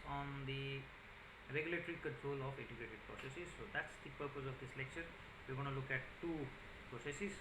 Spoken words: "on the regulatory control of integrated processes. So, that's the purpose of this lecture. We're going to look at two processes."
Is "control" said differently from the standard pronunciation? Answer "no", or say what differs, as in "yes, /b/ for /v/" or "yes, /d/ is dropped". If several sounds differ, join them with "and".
no